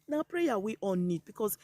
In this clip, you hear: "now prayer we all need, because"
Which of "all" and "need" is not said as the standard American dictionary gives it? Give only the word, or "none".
all